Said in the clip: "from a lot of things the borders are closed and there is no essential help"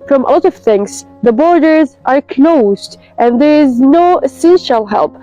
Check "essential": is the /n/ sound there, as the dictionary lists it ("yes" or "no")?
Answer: no